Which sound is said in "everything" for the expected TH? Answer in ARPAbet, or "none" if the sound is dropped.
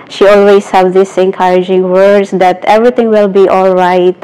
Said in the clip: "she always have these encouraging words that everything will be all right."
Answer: T